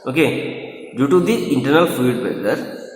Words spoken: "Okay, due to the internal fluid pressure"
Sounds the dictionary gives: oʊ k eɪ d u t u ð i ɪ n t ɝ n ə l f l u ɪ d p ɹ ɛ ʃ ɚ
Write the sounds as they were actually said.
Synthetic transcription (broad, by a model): oʊ k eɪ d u t u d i ɪ n t ɝ n ə l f u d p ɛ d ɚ